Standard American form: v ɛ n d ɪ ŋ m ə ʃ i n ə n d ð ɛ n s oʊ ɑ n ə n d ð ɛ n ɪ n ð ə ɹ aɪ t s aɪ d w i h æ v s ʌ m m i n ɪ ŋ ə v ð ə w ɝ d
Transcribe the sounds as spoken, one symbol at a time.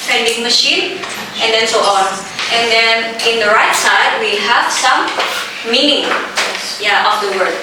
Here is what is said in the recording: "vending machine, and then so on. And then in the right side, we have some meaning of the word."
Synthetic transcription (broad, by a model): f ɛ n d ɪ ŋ m ə ʃ i n ə n d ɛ n s oʊ ɑ n ə n d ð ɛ n ɪ n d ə ɹ aɪ t s aɪ d w i h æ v s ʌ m m i n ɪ ŋ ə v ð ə w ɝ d